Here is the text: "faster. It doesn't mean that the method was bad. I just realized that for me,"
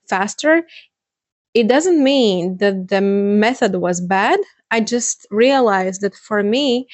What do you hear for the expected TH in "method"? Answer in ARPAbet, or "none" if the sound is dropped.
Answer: TH